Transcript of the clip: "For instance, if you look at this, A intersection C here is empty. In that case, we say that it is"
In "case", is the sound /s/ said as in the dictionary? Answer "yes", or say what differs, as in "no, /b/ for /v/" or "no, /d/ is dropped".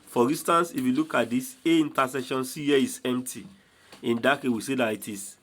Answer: no, /s/ is dropped